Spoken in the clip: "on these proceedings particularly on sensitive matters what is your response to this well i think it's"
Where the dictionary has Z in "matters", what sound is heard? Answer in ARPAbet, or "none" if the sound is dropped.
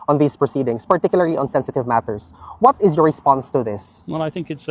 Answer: S